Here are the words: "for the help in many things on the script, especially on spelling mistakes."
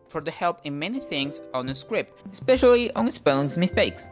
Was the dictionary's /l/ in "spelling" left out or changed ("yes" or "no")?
yes